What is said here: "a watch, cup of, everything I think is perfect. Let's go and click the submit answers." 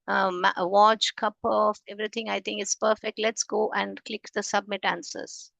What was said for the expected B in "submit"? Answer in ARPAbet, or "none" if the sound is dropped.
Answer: B